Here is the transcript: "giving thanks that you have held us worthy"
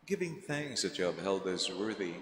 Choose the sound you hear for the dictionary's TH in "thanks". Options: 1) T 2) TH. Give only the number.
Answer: 2